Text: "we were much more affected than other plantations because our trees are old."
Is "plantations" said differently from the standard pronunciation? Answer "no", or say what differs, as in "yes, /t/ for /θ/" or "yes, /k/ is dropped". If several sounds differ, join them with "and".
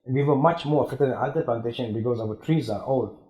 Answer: yes, /z/ is dropped